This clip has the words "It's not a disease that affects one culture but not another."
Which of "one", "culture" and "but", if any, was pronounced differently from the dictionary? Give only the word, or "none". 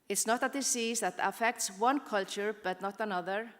none